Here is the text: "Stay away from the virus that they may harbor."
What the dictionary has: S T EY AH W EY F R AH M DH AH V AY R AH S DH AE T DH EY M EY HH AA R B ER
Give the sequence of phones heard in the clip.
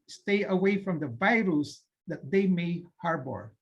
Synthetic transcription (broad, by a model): S T EY AH W EY F R AH M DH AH V AY R AH S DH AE T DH EY M EY HH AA R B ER